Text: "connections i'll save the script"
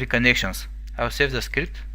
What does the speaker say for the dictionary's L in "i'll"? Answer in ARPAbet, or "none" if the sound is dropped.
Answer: W